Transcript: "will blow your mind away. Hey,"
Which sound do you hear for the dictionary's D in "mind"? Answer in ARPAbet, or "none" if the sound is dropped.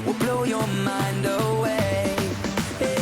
D